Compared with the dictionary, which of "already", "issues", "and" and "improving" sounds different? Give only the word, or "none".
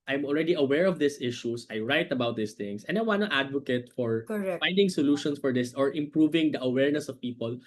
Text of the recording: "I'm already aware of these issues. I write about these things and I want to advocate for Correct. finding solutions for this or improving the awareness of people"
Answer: issues